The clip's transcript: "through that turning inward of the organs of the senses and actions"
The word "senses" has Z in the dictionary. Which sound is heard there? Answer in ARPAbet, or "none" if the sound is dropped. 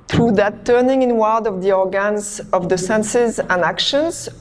Z